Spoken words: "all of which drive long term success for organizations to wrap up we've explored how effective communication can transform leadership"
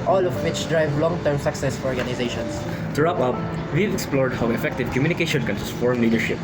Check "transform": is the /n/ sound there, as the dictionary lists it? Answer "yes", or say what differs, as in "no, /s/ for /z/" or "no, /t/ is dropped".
no, /n/ is dropped